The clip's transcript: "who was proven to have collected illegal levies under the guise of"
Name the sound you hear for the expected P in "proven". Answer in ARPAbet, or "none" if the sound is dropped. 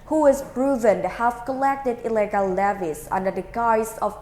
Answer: B